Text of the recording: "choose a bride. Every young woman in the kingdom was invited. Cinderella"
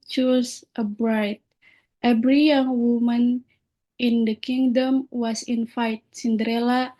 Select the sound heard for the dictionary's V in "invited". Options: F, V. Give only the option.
F